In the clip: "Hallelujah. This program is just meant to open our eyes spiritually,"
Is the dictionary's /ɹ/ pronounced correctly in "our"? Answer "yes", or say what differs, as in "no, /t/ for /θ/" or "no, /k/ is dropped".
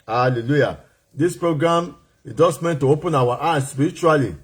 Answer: no, /w/ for /ɹ/